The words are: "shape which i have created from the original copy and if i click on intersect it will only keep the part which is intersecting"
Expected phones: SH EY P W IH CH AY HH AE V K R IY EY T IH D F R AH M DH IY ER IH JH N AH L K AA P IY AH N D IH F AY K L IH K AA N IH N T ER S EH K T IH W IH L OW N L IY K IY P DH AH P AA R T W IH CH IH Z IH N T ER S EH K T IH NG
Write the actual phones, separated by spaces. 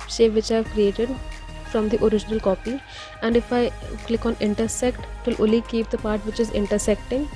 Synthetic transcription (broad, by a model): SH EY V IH CH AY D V K R IY EY T IH D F R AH M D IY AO IH JH N AH L K AA P IY AH N D IH F AY K L IH K AA N IH N T ER S EH K T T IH L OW L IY K IY P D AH P AA R T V IH CH IH Z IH N T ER S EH K T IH NG